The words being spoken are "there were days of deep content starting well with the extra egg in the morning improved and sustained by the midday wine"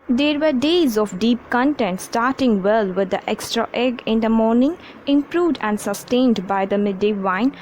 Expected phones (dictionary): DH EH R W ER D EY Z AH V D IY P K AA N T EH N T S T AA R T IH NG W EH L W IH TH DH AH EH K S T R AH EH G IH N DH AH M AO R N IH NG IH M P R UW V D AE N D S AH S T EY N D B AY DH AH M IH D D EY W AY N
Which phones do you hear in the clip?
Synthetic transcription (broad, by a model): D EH R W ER D EY Z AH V D IY P K AA N T EH N T S T AA R T IH NG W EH L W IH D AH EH K S T R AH EH G IH N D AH M AO R N IH NG IH M P R UW V D AE N D S AH S T EY N D B AY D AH M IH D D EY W AY N